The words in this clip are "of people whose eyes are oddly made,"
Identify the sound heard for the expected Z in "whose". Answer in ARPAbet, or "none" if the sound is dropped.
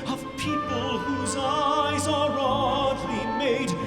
Z